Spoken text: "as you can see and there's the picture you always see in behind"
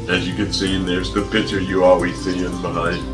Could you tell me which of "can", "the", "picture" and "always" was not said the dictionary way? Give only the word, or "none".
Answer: picture